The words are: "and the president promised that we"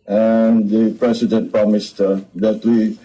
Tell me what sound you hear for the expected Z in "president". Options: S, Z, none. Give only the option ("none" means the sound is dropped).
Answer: S